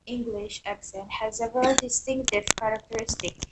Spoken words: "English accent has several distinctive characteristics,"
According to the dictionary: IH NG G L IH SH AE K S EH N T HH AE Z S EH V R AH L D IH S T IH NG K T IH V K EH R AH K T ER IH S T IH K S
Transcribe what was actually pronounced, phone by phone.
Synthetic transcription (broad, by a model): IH NG G L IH SH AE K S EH N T HH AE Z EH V AH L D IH S T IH NG K T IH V K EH R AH K T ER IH S T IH K S